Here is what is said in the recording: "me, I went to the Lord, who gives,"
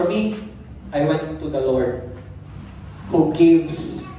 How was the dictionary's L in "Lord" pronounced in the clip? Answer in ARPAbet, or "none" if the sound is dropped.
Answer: L